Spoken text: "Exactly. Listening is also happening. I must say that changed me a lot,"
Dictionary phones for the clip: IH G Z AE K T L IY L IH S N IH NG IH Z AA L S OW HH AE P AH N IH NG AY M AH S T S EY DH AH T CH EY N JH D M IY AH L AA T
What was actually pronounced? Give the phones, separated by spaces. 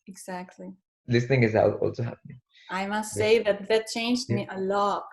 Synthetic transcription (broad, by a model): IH G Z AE K T L IY L IH S N IH NG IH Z AA L S OW HH AE P AH N IH NG AY M AH S T S EY DH AH T CH EY N JH D M IY AH L AA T